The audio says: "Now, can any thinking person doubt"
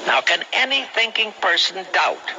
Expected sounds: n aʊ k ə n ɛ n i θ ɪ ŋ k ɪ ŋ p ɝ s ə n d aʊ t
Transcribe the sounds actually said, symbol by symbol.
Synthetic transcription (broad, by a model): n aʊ k ə n ɛ n i θ ɪ ŋ k ɪ ŋ p ɝ s ə n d aʊ t